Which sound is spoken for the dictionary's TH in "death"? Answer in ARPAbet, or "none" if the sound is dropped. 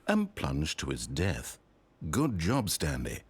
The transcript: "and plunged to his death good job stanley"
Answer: TH